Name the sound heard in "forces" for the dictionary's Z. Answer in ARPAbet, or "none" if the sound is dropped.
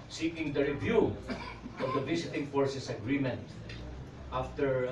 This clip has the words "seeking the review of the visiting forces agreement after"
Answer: S